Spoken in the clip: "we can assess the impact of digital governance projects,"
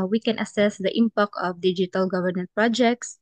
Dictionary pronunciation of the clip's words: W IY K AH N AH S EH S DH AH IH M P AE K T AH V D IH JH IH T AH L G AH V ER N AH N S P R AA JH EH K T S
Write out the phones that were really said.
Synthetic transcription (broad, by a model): W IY K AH N AH S EH S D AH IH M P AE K AH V D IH JH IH T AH L G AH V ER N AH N P R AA JH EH K T S